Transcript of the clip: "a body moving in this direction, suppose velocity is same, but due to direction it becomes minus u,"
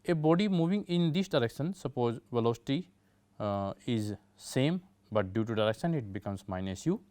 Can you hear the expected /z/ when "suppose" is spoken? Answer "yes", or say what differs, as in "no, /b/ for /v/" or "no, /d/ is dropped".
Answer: yes